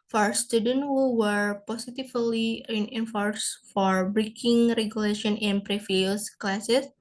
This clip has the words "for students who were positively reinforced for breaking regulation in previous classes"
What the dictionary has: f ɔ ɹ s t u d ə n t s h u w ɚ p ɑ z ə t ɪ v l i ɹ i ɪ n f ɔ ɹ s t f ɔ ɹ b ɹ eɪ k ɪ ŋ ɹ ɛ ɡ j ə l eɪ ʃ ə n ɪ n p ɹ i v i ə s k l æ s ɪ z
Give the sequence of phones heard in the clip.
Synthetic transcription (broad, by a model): f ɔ ɹ s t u d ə n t h u w ɚ p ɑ s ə t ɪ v l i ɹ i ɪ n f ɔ ɹ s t f ɔ ɹ b ɹ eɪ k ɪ ŋ ɹ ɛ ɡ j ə l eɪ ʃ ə n ɪ n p ɹ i f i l s k l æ s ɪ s